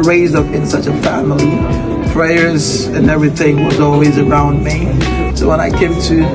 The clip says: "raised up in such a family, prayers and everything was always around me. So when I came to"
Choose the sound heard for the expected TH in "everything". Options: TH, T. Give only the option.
TH